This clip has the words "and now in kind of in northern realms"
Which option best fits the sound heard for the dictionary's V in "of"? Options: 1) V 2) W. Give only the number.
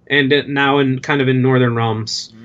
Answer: 1